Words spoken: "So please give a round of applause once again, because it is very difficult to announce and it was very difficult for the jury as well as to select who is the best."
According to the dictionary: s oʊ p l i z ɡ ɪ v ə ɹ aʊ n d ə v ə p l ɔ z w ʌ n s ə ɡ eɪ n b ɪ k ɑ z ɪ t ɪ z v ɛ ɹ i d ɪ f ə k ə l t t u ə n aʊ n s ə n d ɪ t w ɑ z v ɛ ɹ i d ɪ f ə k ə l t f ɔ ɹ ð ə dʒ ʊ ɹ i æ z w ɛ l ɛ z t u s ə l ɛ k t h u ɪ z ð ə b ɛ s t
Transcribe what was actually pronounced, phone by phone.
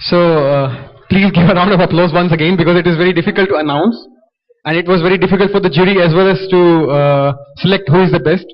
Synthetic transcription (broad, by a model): s oʊ p l i z ɡ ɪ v ə ɹ aʊ n d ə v ə p l ɔ z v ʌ n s ə ɡ eɪ n b ɪ k ɑ z ɪ t ɪ z v ɛ ɹ i d ɪ f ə k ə l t t u ə n aʊ n s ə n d ɪ t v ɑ z v ɛ ɹ i d ɪ f ə k ə l t f ɔ ɹ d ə dʒ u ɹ i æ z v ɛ l ɛ z t u s ə l ɛ k t h u ɪ z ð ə b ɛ s t